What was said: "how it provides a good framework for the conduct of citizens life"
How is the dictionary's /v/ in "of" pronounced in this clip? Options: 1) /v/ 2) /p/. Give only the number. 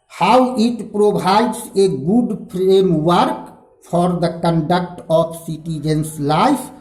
2